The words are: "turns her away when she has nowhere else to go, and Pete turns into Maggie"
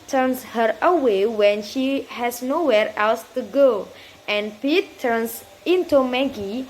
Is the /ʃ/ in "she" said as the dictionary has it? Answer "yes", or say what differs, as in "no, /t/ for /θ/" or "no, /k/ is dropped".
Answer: yes